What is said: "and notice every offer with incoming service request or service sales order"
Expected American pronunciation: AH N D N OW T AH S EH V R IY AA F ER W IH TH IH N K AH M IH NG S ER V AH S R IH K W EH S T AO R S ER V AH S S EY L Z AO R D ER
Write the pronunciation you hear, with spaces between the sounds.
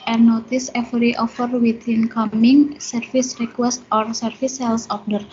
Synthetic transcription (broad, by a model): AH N N OW T AH S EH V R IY AA F ER W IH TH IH N K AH M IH NG S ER F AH S R IH K W EH S T AO R S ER F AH S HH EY L S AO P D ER